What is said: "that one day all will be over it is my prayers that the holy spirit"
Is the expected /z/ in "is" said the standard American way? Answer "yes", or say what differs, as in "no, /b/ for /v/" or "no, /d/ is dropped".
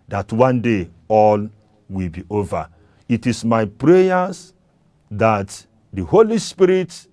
no, /s/ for /z/